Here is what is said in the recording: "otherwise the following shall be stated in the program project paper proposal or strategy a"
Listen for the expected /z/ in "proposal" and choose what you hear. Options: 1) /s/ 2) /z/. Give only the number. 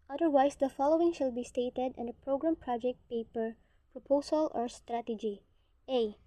1